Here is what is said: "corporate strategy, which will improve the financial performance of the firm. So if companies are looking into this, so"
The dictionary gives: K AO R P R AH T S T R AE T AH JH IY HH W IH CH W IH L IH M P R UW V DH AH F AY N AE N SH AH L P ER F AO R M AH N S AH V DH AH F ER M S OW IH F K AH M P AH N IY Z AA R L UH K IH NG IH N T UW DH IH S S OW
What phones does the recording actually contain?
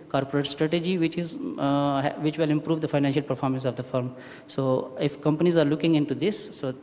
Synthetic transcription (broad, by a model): K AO R P R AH T S T R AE T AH JH IY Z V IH CH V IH L IH M P R UW V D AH F AY N AE N SH AH L P ER F AO R M AH N S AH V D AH F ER M S OW IH F K AH M P AH N IY Z AA R L UH K IH NG IH N T UW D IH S S OW